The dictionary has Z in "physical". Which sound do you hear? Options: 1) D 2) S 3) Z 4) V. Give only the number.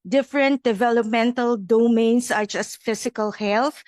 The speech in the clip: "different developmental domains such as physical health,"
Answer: 2